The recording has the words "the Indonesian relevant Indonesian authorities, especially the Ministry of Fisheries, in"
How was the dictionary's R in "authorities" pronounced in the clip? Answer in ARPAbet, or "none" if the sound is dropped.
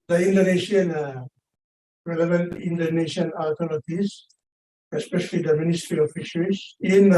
L